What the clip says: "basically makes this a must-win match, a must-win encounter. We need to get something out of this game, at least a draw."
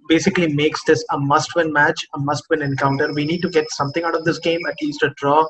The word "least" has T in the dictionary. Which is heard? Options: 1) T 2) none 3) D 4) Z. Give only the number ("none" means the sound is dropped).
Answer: 1